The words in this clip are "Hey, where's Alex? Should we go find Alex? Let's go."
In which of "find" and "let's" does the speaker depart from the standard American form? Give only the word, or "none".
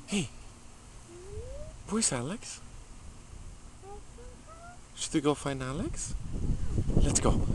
find